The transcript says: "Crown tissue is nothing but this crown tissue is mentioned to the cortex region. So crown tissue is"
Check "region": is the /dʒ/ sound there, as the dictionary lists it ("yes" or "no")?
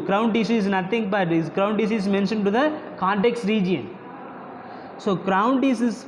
yes